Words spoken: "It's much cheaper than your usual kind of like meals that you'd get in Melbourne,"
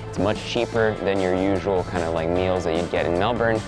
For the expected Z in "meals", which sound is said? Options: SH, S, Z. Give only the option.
Z